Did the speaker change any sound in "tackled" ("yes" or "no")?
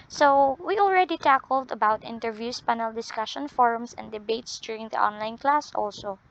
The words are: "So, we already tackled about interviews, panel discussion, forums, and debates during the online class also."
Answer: no